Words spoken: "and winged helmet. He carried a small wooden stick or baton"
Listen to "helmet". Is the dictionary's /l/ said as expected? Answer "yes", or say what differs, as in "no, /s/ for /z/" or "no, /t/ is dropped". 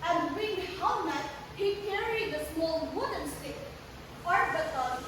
no, /l/ is dropped